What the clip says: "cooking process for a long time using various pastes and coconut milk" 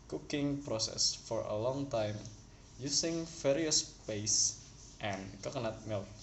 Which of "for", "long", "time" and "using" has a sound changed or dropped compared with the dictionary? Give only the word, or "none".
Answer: using